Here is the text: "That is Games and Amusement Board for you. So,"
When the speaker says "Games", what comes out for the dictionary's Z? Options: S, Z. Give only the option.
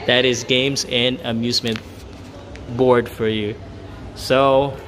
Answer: Z